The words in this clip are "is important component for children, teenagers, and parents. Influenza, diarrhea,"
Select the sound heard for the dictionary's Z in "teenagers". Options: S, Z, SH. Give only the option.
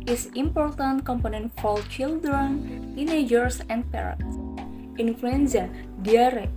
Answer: S